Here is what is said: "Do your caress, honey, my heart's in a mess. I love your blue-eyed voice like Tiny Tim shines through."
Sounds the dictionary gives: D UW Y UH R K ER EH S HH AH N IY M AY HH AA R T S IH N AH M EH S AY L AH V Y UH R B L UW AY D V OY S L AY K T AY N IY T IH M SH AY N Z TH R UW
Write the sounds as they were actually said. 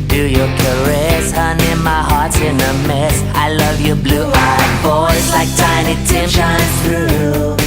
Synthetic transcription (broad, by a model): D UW Y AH R K ER EH S HH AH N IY M AY HH AA R T S IH N AH M EH S AY L AH V Y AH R B L UW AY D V OY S L AY K T AY N IY T IH M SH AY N TH R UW